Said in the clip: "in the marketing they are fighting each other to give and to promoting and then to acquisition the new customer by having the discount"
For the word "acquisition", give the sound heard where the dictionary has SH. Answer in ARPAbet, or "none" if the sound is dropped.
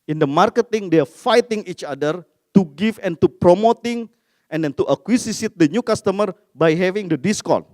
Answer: S